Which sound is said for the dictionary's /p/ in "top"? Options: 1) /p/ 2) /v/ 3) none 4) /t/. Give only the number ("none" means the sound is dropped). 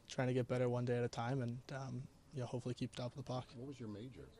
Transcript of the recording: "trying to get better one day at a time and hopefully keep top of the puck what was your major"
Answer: 3